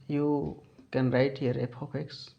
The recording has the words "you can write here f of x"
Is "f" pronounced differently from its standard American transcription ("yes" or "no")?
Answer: yes